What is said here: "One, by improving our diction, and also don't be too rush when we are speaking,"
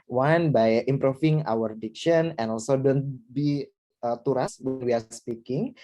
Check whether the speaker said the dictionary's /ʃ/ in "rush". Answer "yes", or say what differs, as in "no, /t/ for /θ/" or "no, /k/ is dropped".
no, /s/ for /ʃ/